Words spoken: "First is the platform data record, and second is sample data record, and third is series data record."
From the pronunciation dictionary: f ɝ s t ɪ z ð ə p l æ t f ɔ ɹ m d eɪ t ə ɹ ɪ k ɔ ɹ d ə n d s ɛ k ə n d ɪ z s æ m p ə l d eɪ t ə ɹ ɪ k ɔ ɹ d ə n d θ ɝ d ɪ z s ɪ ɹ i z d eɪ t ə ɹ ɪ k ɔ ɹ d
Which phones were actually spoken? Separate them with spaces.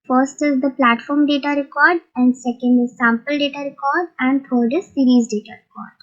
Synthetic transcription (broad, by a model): f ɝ s t ɪ z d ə p l æ t f ɔ ɹ m d eɪ t ə ɹ ɪ k ɔ ɹ d ə n d s ɛ k ə n d ɪ z s æ m p ə l d eɪ t ə ɹ ɪ k ɔ ɹ d ə n d t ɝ d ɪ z s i ɹ i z d eɪ t ə ɹ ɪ k ɔ ɹ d